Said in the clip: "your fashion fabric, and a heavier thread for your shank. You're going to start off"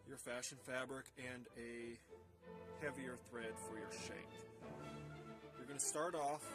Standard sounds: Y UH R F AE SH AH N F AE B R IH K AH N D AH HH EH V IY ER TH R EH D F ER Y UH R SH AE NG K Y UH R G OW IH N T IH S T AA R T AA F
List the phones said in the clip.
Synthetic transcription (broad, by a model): Y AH R F AE SH AH N F AE B R IH K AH N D AH HH EH V IY ER TH R EH D F ER Y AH R SH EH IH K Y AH R G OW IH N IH S T AA R T AA F